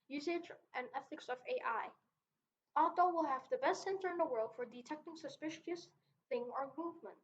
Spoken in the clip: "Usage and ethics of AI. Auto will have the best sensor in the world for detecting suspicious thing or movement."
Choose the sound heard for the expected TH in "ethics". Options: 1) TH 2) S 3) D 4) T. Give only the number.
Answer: 1